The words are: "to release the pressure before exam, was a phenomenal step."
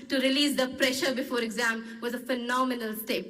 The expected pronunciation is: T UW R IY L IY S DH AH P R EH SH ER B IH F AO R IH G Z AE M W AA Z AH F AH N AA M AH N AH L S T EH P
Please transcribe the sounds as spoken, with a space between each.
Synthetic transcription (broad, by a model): T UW R IY L IY S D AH P R EH SH ER B IH F AO R IH G Z AE M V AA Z AH F AH N AA M AH N AH L S T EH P